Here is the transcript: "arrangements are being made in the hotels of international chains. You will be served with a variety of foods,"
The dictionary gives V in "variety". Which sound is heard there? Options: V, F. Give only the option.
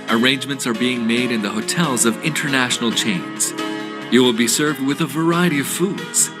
V